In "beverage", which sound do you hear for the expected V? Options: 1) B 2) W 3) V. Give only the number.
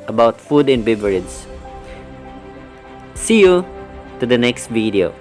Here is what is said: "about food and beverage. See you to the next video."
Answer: 1